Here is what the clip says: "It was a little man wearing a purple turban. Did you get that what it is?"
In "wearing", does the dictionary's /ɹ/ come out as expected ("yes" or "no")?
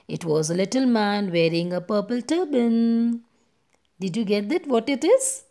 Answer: yes